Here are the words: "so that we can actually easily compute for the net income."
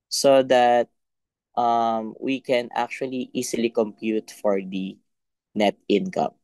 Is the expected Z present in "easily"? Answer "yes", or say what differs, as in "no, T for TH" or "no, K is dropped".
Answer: no, S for Z